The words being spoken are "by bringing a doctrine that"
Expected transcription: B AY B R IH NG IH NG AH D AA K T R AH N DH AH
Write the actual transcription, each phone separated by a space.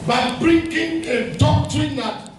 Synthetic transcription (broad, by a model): B AY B R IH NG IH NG AH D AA T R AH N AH